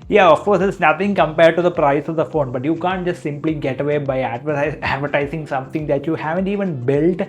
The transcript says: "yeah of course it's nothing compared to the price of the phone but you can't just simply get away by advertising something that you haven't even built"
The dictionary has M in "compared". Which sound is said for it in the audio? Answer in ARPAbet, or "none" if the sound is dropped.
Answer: M